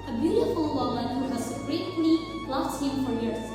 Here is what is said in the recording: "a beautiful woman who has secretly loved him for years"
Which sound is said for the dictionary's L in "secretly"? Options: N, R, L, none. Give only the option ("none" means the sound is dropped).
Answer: N